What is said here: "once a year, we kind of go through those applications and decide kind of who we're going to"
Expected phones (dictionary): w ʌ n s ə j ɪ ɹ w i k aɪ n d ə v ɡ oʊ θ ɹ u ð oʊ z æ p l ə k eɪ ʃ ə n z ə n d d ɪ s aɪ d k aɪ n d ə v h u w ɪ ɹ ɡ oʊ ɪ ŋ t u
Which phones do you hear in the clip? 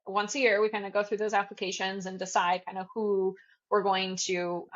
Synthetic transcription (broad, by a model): w ʌ n s ə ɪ ɹ w i k aɪ n d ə ɡ oʊ θ ɹ u ð oʊ z æ p l ə k eɪ ʃ ə n z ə n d d ɪ s aɪ d k aɪ n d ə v h u w ɪ ɹ ɡ oʊ ɪ ŋ t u